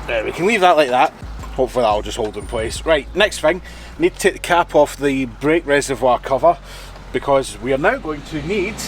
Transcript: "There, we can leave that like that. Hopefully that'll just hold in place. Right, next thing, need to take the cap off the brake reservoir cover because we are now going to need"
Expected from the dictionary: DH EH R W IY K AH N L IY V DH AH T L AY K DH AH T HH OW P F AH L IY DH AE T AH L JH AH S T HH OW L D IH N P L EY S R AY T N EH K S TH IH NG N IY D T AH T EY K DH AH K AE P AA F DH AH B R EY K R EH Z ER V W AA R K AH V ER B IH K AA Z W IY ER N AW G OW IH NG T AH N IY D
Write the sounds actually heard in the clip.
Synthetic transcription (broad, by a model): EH W IY K AH N L IY V DH AH T L AY K DH AH T HH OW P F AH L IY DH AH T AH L JH AH S T HH OW L D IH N P L EY S R AY T N EH K S TH IH NG N IY D T AH T EY K DH AH K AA P AA F DH AH B R EY K R EH Z ER V W AA R K AH V ER B IH K AA Z W IY ER N AW G OW IH NG T AH N IY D